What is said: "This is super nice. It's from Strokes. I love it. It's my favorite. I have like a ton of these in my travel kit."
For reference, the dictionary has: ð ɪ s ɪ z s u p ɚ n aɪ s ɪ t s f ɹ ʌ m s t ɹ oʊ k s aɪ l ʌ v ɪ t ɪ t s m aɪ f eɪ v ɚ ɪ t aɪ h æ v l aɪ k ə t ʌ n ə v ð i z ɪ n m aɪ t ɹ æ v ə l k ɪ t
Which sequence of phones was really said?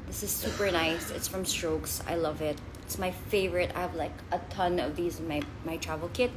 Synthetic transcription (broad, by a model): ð ɪ s ɪ z s u p ɚ n aɪ s ɪ t s f ɹ ʌ m s t ɹ oʊ k s aɪ l ʌ v ɪ t ɪ t s m aɪ f eɪ v ɚ ɪ t aɪ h v l aɪ k ə t ʌ n ə v ð i z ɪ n m aɪ t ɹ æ v l k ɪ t